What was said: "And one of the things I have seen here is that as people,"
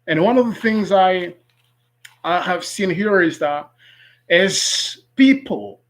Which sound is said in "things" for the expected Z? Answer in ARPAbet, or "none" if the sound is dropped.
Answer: Z